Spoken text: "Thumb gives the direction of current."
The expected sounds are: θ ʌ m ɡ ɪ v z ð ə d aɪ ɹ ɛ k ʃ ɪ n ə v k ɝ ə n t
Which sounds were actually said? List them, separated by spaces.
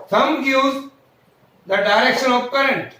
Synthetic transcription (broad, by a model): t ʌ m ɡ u z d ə d aɪ ɹ ɛ k ʃ ɪ n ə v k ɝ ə n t